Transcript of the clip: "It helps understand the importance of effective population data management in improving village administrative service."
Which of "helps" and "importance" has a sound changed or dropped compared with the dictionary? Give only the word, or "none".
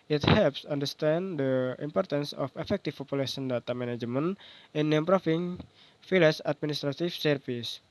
none